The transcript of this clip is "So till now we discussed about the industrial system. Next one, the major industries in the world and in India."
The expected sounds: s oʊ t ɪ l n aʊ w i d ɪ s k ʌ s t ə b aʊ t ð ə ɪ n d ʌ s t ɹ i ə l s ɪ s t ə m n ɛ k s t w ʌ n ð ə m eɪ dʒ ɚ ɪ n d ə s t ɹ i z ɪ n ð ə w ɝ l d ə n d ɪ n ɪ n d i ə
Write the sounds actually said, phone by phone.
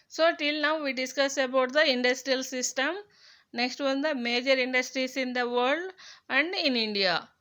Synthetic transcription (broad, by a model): s oʊ t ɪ l n aʊ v i d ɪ s k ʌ s ə b aʊ t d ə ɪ n d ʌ s t ɹ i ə l s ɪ s t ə m n ɛ k s t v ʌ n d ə m eɪ dʒ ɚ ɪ n d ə s t ɹ i s ɪ n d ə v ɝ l d ə n d ɪ n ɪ n d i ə